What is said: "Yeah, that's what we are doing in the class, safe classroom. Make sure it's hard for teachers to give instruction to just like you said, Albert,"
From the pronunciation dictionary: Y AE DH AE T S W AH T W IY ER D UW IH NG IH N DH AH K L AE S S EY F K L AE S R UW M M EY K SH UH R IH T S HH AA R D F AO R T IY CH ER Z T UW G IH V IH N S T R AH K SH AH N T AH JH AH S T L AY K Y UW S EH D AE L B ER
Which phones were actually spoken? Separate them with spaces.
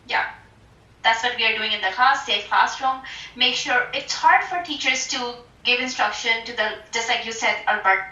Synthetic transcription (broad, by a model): Y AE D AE T S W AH T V IY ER D UW IH NG IH N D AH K AA S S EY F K AA S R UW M M EY K SH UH R IH T S HH AA R D F AO R T IY CH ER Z T UW G IH V IH N S T R AH K SH AH N T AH JH AH S T L AY K Y UW S EH D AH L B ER